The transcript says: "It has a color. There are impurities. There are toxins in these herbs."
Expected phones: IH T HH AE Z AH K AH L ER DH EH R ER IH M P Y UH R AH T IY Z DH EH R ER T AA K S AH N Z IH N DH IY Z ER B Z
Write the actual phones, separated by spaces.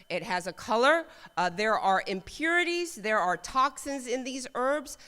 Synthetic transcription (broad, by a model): IH T HH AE Z AH K AH L ER DH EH R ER IH M P Y UH R AH T IY Z DH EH R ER T AA K S AH N Z IH N DH IY Z ER B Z